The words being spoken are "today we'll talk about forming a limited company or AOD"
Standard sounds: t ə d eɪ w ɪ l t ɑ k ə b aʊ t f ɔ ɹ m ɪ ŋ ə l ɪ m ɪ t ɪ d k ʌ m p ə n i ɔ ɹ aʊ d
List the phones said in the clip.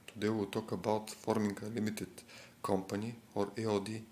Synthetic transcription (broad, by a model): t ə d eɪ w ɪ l t ɑ k ə b aʊ t f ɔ ɹ m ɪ ŋ ə l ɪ m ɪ t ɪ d k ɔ m p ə n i ɔ ɹ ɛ d